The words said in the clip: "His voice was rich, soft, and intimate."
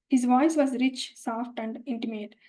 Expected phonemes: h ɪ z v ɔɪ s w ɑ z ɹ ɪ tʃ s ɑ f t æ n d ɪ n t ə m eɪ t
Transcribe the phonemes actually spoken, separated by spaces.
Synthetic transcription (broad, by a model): h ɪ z v ɔɪ s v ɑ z ɹ ɪ tʃ s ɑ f t æ n d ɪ n t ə m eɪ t